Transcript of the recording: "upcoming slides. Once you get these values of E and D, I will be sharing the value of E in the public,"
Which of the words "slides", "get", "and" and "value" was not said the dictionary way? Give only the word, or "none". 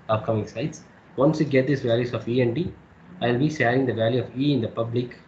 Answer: slides